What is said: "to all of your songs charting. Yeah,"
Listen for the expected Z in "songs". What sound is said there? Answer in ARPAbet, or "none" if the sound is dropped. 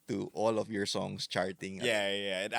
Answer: S